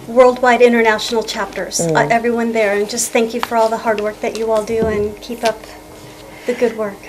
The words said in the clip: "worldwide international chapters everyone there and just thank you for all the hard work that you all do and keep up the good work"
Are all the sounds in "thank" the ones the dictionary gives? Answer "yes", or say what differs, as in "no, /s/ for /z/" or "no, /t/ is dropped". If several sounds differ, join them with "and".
yes